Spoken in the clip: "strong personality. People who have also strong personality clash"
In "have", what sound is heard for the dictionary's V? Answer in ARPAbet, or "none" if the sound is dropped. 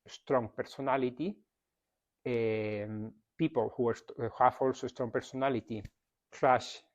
F